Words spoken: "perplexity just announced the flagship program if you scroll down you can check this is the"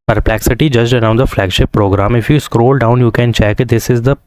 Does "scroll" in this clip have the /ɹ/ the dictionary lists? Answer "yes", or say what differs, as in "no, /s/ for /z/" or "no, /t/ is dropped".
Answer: yes